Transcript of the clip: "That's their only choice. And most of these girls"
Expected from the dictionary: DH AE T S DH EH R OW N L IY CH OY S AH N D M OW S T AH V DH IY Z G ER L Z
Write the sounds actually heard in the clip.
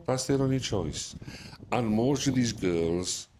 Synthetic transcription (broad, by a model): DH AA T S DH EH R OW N IY CH OY S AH N M OW S T AH V DH IY Z G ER L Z